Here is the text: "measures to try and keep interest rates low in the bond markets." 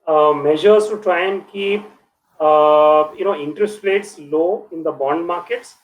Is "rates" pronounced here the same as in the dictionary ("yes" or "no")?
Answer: no